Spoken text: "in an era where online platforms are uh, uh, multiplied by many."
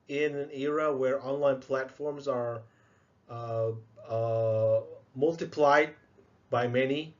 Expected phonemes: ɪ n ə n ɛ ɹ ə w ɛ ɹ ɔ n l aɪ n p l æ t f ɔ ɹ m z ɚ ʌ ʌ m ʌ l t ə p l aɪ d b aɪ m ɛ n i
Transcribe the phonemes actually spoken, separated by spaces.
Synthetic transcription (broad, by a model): ɪ n ə n ɛ ɹ ə w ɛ ɹ ɔ n l aɪ n p l æ t f ɔ ɹ m z ɚ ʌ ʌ m ʌ l t ə p l aɪ d b aɪ m ɛ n i